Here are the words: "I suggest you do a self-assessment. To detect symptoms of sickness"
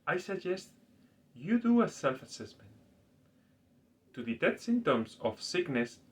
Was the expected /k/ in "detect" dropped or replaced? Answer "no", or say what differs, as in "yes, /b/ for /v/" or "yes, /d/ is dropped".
yes, /k/ is dropped